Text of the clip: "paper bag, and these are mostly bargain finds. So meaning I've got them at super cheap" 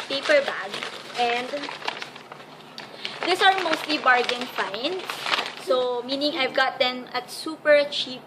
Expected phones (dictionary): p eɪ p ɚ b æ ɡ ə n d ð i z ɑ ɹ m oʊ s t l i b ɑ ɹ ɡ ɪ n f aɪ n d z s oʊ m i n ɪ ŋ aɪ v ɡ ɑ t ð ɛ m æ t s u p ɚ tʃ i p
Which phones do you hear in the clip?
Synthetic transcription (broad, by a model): p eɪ p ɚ b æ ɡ ə n d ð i s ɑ ɹ m oʊ s t l i b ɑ ɹ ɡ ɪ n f aɪ n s s oʊ m i n ɪ ŋ aɪ v ɡ ɑ t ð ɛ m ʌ t s u p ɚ tʃ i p